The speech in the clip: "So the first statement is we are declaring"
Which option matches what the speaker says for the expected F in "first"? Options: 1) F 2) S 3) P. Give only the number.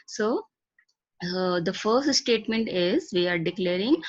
1